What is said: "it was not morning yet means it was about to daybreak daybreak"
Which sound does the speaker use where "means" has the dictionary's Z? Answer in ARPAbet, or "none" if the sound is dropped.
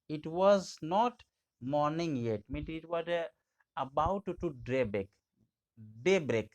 none